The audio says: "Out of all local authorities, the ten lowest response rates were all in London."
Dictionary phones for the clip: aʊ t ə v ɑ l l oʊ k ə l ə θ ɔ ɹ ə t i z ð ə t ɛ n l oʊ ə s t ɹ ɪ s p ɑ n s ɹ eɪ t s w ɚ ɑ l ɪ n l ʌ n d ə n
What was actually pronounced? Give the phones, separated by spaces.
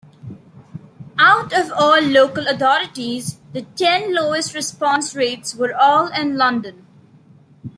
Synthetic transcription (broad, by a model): aʊ t ə v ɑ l l oʊ k ə l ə t ɔ ɹ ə t i z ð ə t ɛ n l oʊ ə s t ɹ ɪ s p ɑ n s ɹ eɪ t s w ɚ ɑ l ɪ n l ʌ n d ə n